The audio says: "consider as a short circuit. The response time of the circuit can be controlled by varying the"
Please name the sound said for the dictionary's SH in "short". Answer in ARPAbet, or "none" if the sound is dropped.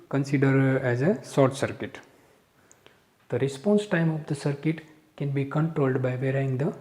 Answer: S